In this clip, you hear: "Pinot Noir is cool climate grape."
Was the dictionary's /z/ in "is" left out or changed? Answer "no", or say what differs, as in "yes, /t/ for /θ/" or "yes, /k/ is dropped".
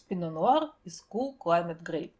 yes, /s/ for /z/